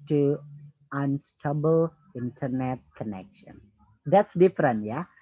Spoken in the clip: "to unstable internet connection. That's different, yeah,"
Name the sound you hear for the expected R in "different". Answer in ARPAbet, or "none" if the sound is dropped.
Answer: R